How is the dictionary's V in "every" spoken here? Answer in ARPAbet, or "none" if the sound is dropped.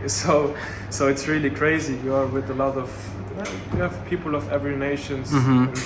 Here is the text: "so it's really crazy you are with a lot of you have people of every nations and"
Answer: V